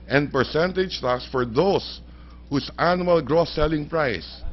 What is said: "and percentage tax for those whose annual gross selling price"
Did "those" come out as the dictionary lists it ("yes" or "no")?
no